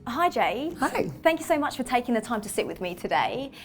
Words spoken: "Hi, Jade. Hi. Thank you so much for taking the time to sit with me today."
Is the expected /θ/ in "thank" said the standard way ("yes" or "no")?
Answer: yes